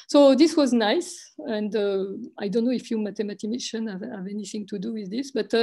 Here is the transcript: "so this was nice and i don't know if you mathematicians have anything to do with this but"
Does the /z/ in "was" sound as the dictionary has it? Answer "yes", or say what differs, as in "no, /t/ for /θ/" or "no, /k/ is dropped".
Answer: yes